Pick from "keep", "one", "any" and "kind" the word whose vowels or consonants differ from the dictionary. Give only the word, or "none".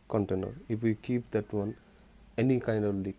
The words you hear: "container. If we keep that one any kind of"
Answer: none